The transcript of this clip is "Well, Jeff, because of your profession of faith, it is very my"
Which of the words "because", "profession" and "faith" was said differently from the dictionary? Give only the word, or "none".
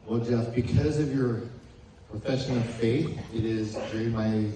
none